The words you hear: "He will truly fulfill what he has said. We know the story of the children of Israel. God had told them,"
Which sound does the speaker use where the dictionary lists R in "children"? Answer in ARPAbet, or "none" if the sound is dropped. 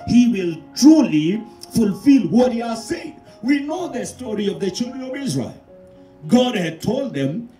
R